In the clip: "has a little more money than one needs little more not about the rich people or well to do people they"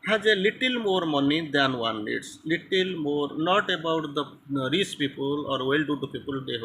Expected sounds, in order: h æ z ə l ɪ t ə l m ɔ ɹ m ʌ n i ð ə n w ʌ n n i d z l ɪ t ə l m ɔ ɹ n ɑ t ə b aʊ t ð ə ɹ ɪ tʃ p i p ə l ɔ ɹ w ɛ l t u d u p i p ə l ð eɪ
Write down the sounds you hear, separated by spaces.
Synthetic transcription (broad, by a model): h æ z ə l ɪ t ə l m ɔ ɹ m ʌ n i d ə n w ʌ n l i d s l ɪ t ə l m ɔ ɹ n ɑ t ə b aʊ t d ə ɹ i s p i p ə l ɔ ɹ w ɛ l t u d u p i p ə l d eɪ